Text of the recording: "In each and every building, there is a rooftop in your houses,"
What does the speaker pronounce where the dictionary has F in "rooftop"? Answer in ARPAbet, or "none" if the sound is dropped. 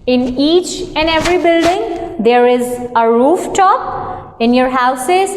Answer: F